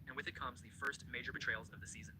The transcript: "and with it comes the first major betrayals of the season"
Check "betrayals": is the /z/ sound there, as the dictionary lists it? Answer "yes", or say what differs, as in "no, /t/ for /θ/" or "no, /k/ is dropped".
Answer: yes